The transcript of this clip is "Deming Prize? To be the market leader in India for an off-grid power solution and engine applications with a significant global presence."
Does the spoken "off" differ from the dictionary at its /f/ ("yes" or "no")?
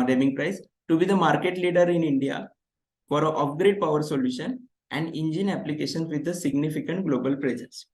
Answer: yes